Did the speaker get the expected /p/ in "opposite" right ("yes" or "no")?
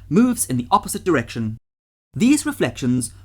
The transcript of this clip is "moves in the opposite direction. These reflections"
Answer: yes